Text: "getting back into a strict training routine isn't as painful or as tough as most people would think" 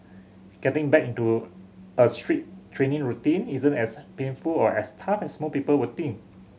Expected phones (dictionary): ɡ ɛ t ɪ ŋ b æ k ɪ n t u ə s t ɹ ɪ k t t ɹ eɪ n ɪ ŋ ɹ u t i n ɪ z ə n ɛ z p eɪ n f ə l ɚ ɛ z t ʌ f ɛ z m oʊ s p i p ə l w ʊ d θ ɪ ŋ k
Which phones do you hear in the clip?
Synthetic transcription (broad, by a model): ɡ ɛ t ɪ ŋ b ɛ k ɪ n t u ə s t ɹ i t t ɹ eɪ n ɪ ŋ ɹ u t i n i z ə n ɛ s p eɪ n f ə l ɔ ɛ s t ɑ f ɛ s m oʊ p i p ə l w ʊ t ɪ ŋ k